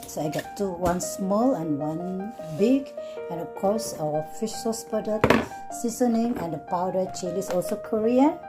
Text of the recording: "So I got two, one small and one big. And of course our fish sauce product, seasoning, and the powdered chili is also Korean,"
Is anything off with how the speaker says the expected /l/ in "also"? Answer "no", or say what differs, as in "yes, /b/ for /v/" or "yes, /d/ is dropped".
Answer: no